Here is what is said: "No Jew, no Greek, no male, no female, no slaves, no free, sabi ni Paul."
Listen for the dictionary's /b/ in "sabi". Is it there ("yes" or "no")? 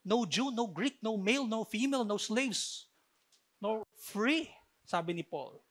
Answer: yes